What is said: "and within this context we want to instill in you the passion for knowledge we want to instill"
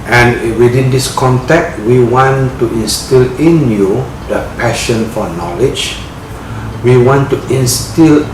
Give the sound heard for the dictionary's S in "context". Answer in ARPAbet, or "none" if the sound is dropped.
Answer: none